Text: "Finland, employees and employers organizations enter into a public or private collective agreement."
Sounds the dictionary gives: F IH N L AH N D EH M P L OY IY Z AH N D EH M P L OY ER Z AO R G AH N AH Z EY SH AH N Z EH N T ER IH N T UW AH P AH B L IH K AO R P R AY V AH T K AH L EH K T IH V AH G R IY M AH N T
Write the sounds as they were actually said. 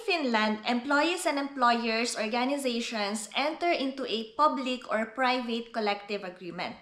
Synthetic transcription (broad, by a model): F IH N L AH N D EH M P L OY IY S AH N D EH M P L OY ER S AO R G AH N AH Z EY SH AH N S EH N T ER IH N T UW AH P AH B L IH K AO R P R AY V AH T K AH L EH K T IH V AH G R IY M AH N T